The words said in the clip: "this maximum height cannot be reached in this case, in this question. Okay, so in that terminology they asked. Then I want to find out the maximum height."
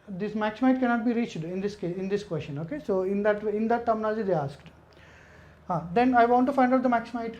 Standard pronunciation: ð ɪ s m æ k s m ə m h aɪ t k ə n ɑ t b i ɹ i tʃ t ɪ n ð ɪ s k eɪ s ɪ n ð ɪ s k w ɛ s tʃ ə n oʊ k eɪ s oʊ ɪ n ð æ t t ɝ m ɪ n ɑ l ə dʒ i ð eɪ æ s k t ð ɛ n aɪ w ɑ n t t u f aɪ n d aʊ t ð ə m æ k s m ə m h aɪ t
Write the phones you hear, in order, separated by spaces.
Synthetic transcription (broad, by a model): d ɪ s m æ k s m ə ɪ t k ə n ɑ t b i ɹ i tʃ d ɪ n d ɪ s k eɪ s ɪ n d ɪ s k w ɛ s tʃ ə n oʊ k eɪ s oʊ ɪ n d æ t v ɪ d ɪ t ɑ n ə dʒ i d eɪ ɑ s k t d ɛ n aɪ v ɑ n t t u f aɪ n d aʊ t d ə m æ k s ə m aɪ t